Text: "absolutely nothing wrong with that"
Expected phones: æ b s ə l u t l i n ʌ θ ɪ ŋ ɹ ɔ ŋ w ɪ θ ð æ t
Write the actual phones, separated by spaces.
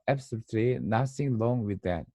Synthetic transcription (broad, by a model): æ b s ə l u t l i n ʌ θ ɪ ŋ l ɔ ŋ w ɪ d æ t